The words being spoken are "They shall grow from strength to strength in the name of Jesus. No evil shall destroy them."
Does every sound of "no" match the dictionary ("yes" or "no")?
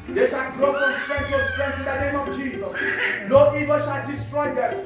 no